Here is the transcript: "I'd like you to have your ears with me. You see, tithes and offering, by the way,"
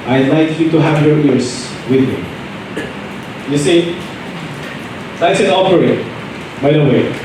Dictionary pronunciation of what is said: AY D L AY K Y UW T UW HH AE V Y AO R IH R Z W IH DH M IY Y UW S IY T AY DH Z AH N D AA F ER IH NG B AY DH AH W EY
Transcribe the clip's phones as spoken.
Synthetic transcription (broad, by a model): AY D L AY K Y UW T UW HH AE V Y AO R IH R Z W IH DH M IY Y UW S IY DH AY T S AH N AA P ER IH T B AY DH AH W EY